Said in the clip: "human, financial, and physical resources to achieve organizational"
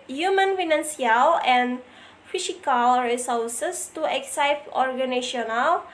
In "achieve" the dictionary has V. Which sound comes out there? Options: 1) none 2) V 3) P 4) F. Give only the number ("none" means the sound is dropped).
3